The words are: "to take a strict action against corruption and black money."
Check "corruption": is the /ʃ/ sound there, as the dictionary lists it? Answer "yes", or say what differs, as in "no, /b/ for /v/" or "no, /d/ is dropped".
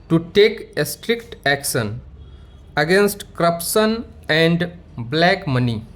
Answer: no, /s/ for /ʃ/